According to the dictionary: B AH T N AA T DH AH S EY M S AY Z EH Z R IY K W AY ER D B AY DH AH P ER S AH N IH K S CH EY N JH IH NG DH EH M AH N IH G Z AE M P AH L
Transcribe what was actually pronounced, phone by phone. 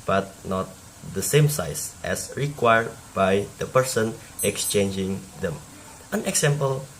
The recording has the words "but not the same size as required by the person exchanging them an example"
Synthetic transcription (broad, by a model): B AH T N AA T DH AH S EY M S AY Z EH S R IY K W AY ER D B AY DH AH P ER S AH N IH K S CH EY N JH IH NG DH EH M AH N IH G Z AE M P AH L